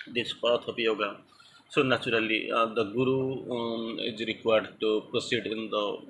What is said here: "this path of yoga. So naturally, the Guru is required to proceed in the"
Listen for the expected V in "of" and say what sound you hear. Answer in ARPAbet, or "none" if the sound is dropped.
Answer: P